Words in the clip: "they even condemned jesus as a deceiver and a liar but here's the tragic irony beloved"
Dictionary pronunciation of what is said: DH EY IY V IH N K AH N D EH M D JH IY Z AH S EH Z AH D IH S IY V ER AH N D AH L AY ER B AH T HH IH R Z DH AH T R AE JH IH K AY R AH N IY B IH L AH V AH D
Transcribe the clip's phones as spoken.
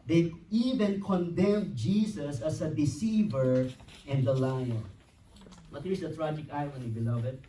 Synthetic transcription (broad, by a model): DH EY IY V IH N K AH N D EH M JH IY S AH S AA S AH D IH S IY V ER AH N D AH L AY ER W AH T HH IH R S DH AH T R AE JH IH K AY W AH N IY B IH L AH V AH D